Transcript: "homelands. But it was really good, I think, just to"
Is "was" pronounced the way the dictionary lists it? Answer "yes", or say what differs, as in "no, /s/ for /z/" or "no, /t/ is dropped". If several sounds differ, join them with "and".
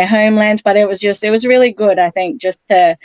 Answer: yes